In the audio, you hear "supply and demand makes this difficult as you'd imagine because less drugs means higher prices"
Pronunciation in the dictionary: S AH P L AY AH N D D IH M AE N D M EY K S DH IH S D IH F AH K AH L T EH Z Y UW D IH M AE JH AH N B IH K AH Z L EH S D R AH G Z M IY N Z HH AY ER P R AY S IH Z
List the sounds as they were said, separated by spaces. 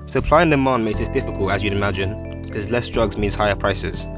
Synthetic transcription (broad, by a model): S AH P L AY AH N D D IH M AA N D M EY K S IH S D IH F AH K AH L T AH Z Y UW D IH M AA JH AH N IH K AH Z L EH S D R AH G Z M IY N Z HH AY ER P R AY S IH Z